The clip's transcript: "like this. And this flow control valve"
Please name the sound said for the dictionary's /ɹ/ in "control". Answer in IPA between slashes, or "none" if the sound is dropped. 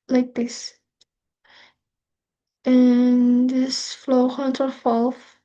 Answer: none